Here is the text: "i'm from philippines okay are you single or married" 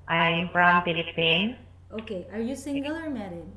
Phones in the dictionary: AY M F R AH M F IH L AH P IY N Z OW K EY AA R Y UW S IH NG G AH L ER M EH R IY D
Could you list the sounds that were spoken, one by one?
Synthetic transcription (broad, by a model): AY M F R AH M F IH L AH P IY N OW K EY AA R Y UW S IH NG G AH L ER M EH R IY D